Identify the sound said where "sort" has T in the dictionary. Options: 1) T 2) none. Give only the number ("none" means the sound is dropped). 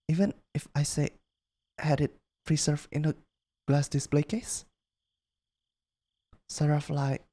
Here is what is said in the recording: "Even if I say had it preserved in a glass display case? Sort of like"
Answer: 2